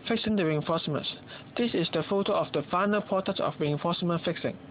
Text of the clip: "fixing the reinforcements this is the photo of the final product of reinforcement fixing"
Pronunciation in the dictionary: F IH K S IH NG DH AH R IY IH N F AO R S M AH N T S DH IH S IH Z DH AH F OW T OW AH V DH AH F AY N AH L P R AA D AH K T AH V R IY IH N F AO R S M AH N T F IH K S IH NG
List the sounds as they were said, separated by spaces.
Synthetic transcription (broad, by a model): F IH K S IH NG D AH R IY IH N F AO S M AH N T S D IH S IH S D AH F OW T OW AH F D AH F AY N AH L P AA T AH T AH F R IY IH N F AO S M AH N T F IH K S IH NG